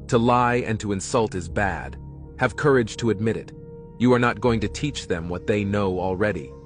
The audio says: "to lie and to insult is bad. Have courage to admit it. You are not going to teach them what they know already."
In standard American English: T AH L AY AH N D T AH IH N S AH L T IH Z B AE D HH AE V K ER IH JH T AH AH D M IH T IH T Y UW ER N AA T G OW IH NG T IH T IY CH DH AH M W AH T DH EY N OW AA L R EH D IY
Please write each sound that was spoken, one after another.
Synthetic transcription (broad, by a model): T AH L AY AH N T AH IH N S AH L T IH Z B AE D HH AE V K ER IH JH T AH AH D M IH T IH T Y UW ER N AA T G OW IH NG T IH T IY CH DH AH M W AH T DH EY N OW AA L R EH D IY